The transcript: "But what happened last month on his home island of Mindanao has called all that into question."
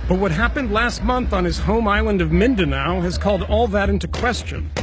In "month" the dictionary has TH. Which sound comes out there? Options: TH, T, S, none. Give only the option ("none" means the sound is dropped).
TH